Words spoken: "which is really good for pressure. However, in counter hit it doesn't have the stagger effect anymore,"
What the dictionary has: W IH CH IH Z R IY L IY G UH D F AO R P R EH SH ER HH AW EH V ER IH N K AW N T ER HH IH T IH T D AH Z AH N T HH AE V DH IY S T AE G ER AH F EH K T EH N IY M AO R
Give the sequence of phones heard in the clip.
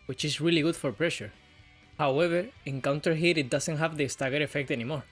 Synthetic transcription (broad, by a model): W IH CH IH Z R IY L IY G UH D F AO R P R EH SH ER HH AW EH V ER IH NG K AW N T ER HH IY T IH T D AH S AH N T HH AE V DH IY S T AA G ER AH F EH K T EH N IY M AO R